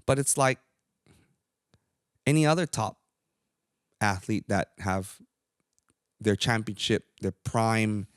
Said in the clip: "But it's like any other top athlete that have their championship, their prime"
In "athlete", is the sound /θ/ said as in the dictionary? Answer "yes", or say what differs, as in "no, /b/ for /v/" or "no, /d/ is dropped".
yes